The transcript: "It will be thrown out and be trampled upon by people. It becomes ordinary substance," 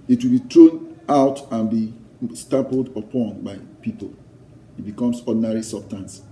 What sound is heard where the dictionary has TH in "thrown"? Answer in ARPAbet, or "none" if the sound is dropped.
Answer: T